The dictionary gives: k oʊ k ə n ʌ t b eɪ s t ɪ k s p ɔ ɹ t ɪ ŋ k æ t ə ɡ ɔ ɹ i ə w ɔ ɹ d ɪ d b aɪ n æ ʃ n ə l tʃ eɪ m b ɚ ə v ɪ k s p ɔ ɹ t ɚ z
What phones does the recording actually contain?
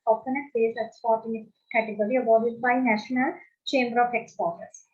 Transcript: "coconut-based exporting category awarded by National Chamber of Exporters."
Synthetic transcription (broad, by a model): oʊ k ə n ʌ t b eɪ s ɪ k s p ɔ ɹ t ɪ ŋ k æ t ə ɡ ɔ ɹ i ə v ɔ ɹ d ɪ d b aɪ n æ ʃ n ə l tʃ eɪ m b ɚ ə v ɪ k s p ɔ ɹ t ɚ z